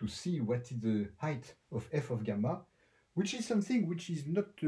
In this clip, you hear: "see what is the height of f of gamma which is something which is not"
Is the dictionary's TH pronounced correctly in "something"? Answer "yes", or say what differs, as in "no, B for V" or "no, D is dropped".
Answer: yes